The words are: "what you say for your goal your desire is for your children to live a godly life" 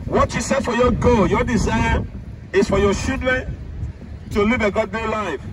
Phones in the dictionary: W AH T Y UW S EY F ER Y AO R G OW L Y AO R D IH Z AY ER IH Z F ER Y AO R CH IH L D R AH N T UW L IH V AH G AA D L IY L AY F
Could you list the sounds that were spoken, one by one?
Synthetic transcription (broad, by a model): W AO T Y UW S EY F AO Y AO G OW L Y AO D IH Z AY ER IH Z F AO Y AO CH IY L D R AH N T UW L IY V AH G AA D IY L AY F